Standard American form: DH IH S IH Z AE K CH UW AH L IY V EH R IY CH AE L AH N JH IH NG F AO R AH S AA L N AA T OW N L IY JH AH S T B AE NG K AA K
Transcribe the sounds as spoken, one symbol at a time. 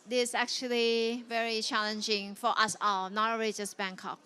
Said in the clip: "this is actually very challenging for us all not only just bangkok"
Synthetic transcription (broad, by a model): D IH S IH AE K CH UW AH L IY V EH R IY CH AE L AH N JH IH NG F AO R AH S AA L N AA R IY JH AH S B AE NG K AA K